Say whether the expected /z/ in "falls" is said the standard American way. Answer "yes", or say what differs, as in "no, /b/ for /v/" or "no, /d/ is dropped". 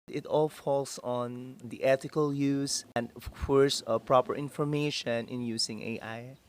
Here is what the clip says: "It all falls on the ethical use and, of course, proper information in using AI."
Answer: no, /s/ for /z/